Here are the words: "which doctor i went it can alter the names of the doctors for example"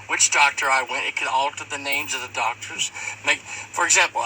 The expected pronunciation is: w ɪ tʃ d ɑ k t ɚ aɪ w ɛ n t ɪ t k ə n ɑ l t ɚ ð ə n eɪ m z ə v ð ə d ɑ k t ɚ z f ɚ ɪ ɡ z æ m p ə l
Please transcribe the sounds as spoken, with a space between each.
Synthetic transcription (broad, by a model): w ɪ tʃ d ɑ k t ɚ aɪ w ɛ n t ɪ t k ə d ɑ l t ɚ ð ə n eɪ m z ə v ð ə d ɑ k t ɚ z f ɚ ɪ ɡ z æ m p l